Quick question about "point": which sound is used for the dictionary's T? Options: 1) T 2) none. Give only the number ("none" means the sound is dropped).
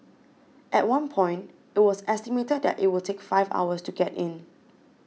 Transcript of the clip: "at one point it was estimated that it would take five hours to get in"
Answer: 1